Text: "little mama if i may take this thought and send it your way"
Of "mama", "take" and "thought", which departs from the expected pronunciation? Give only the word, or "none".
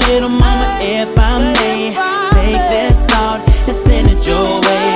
thought